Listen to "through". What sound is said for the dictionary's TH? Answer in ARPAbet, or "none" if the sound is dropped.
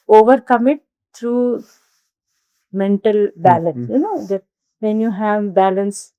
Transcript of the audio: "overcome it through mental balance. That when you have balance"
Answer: T